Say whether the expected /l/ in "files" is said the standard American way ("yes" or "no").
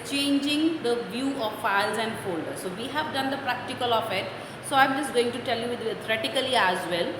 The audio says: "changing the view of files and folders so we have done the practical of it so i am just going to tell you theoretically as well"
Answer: yes